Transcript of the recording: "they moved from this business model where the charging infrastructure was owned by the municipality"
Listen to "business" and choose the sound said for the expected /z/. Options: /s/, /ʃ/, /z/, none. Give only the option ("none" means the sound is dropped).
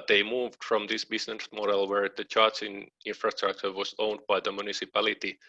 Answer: /s/